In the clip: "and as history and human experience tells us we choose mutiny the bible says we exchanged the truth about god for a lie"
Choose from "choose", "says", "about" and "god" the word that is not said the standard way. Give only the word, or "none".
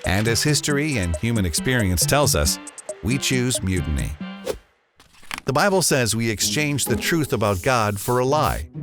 none